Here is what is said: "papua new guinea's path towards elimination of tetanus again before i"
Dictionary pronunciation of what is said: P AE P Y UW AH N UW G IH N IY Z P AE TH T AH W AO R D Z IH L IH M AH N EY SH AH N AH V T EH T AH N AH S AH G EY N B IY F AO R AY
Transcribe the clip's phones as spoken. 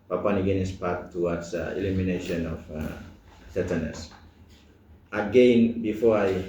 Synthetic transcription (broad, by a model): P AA P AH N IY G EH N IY S P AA T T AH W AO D S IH L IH M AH N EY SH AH N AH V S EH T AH N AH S AH G EY N B IY F AO R AY